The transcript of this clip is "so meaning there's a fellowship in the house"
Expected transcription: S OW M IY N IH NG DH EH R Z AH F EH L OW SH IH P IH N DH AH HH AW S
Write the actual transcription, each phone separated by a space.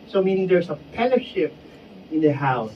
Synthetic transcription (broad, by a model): S OW M IY N IH NG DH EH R S AH P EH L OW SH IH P IH N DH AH HH AW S